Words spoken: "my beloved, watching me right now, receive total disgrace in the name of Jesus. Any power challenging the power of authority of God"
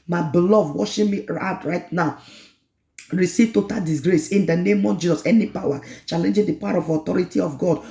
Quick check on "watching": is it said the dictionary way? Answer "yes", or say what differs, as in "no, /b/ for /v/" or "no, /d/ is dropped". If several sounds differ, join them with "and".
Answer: no, /ʃ/ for /tʃ/